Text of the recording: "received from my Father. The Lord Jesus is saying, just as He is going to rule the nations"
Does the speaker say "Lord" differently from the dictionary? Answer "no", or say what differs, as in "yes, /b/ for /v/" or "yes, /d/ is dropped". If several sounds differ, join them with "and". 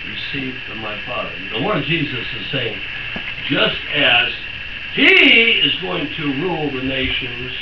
yes, /w/ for /l/